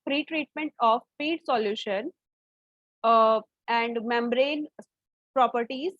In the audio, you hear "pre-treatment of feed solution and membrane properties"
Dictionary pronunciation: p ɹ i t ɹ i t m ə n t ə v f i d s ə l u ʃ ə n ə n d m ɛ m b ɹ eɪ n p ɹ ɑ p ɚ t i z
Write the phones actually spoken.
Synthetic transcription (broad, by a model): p ɹ i t ɹ i t m ə n t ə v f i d s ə l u ʃ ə n ə n d m ɛ m b ɹ eɪ n p ɹ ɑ p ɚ t i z